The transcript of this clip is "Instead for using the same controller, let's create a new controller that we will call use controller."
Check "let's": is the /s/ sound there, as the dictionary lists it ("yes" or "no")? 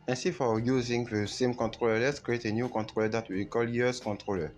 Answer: yes